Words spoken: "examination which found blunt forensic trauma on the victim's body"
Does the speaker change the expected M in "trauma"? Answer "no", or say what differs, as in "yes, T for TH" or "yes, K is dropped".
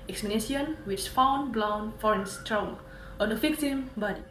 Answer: yes, M is dropped